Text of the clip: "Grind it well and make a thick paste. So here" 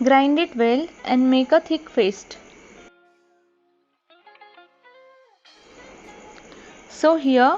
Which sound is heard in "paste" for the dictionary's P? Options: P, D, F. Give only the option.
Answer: F